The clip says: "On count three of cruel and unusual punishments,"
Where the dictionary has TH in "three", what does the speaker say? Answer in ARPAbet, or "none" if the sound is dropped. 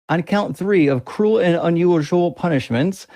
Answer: TH